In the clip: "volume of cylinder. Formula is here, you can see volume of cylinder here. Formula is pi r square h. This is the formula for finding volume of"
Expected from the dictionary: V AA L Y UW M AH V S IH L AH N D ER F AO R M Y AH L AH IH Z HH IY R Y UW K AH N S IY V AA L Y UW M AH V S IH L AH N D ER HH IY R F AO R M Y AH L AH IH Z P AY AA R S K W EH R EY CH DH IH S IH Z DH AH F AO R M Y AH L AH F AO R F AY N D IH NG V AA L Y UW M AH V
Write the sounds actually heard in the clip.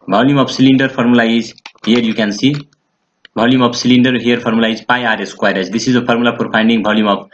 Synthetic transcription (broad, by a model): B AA L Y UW M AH B S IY L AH N D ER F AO R M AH L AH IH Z HH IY R Y UW K AH N S IY B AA L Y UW M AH B S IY L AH N D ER HH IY R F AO R M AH L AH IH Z P AY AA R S K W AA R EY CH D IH S IH Z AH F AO R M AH L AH P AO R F AY N D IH NG B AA L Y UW M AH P